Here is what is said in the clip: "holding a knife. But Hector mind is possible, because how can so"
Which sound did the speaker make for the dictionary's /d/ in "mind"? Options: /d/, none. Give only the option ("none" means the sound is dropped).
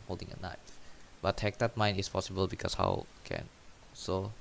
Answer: none